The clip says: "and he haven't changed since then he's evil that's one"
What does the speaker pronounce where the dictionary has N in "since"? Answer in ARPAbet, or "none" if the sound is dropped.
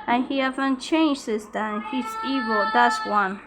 none